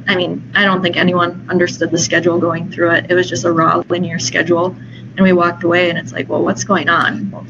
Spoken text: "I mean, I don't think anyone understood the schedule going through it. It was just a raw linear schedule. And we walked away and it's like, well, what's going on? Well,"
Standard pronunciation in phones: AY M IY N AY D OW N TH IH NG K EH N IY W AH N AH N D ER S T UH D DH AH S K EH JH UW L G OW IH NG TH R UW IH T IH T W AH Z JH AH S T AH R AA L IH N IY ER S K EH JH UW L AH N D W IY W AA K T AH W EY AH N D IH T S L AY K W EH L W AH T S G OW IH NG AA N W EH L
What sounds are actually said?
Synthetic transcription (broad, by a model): AY M IY N AY D OW N TH IH NG K EH N IY W AH N AH N D ER S T UH D DH AH S K EH JH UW L G OW IH NG TH R UW IH T IH T W AH Z JH AH S T AH R AA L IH N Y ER S K EH JH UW L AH N W IY W AA K T AH W EY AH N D IH T S L AY K W EH L W AH T S G OW IH NG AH N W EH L